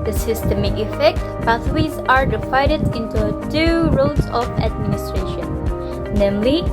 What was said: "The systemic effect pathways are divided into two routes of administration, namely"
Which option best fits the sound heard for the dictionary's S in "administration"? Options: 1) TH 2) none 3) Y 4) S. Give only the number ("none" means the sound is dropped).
4